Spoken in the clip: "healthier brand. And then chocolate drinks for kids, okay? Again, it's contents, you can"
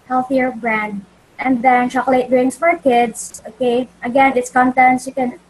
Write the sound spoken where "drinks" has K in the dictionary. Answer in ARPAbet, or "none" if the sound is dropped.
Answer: none